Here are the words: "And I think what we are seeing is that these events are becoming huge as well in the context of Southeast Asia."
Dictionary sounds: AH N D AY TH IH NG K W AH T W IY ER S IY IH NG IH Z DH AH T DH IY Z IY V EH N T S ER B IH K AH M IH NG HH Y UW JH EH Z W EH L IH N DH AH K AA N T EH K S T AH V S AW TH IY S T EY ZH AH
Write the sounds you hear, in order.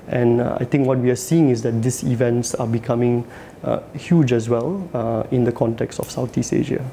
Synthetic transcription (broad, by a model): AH N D AY T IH NG K W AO T W IY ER S IY IH NG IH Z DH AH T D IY S IY V EH N T S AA B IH K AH M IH NG HH Y UW JH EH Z W EH L IH N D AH K AA N T EH K S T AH F S AW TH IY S EY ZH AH